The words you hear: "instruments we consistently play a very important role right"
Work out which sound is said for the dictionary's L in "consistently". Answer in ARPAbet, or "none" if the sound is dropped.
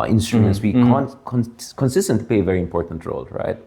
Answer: none